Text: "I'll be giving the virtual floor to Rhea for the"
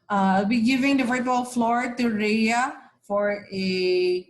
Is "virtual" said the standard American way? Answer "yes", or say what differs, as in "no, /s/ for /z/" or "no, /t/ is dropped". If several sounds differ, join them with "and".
no, /f/ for /v/